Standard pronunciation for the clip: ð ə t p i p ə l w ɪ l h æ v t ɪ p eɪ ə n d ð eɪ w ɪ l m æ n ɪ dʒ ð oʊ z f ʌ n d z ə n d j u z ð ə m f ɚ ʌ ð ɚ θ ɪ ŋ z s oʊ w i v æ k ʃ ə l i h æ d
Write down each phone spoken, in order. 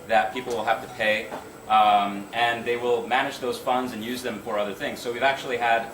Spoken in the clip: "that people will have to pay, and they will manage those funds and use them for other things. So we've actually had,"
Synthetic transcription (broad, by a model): ð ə t p i p l w ɪ l h æ f t ɪ p eɪ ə n ð eɪ w ɪ l m æ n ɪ dʒ ð oʊ z f ʌ n d z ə n j u z ð ə m f ɚ ʌ ð ɚ θ ɪ ŋ z s oʊ w i v æ k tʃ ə l i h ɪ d